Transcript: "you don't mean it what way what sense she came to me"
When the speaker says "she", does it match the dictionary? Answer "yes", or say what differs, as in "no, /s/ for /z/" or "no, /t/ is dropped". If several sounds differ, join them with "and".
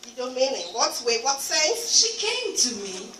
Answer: yes